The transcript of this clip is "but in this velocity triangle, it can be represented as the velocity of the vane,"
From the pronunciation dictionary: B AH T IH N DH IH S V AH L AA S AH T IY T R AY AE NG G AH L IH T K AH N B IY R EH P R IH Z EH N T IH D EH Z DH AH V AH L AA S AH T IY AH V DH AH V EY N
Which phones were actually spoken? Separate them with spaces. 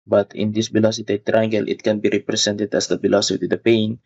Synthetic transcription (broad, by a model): B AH T IH N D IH S B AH L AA S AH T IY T R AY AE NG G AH L IH T K AH N B IY R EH P R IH S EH N T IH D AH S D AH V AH L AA S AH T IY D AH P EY N